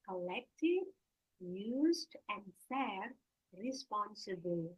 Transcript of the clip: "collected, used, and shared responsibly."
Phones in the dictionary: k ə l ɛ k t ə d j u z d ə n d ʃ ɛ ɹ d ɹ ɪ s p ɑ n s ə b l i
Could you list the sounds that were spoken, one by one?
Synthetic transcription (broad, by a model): k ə l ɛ k t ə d j u z d ə n d s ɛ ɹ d ɹ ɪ s p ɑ n s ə b l